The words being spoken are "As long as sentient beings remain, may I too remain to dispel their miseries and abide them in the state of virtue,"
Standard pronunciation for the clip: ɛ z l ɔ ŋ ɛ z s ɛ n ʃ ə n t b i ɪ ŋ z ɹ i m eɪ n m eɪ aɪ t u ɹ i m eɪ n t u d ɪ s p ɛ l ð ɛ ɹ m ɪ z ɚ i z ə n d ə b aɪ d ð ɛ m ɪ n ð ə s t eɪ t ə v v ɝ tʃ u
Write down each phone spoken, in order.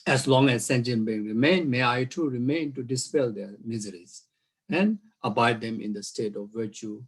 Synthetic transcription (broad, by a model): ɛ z l ɔ ŋ ɛ z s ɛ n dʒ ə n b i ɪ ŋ ɹ i m eɪ n m eɪ aɪ t u ɹ i m eɪ n t u d ɪ s p ɛ l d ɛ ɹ m ɪ z ɚ i z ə n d ə b aɪ d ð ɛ m ɪ n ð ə s t eɪ t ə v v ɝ tʃ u